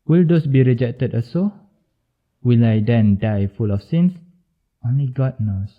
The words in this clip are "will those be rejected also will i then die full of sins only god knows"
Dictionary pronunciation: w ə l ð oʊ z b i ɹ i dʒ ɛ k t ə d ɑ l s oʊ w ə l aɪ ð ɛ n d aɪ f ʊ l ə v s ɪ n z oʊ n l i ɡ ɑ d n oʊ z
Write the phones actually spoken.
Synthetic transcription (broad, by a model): w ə l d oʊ s b i ɹ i dʒ ɛ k t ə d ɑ s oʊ w ə l aɪ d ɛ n d aɪ f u l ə f s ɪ n s oʊ n l i ɡ ɑ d n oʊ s